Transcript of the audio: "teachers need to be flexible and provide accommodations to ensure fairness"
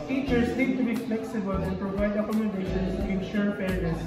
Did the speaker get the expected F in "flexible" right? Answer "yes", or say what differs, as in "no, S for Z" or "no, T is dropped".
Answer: yes